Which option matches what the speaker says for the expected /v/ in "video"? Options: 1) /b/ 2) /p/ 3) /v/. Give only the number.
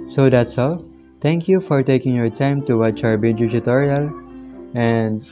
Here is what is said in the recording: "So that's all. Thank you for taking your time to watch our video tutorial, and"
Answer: 1